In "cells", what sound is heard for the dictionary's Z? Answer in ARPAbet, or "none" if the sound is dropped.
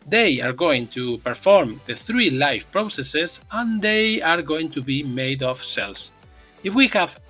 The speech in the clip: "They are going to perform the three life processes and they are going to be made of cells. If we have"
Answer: S